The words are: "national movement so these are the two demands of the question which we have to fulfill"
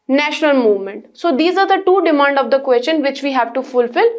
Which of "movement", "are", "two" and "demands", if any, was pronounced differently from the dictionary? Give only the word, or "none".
demands